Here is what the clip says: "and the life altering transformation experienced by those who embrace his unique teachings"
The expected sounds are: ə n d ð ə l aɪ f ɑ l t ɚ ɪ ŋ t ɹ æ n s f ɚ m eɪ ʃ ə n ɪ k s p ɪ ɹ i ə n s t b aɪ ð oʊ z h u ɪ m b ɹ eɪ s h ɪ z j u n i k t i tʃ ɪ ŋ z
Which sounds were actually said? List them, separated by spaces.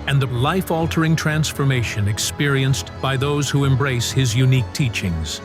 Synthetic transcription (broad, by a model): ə n ð ə l aɪ f ɑ l t ɚ ɪ ŋ t ɹ æ n s f ɚ m eɪ ʃ ə n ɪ k s p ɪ ɹ i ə n s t b aɪ ð oʊ z h u ɪ m b ɹ eɪ s h ɪ z j u n i k t i tʃ ɪ ŋ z